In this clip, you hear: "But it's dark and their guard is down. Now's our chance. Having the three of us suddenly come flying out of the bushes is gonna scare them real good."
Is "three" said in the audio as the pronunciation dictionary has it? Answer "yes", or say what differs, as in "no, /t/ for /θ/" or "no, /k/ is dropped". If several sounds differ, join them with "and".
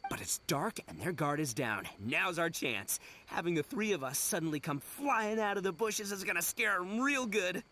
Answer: yes